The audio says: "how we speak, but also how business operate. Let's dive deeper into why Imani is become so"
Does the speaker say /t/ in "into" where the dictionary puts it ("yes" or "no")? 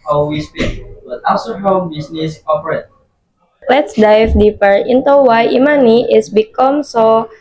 yes